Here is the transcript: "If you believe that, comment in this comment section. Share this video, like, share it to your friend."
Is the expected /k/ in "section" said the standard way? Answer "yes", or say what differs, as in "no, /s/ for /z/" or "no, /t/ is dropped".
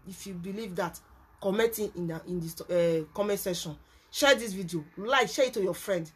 no, /k/ is dropped